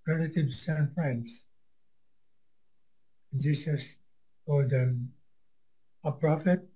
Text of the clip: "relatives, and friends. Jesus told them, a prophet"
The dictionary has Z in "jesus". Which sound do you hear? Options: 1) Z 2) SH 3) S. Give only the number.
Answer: 3